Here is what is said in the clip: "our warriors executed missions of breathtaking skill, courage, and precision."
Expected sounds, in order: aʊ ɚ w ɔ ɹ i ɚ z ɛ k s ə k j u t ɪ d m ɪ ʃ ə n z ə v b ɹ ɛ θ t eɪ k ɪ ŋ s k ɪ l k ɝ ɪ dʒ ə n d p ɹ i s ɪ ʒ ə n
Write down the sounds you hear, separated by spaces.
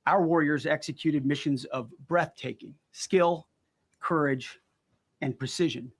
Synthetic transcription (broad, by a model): aʊ ɚ w ɔ ɹ i ɚ z ɛ k s ə k j u t ɪ d m ɪ ʃ ə n z ə v b ɹ ɛ θ t eɪ k ɪ ŋ s k ɪ l k ɝ ɪ dʒ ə n p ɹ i s ɪ ʒ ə n